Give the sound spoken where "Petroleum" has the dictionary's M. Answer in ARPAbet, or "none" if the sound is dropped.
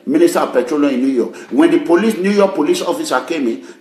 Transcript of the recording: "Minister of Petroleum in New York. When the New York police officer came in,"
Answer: none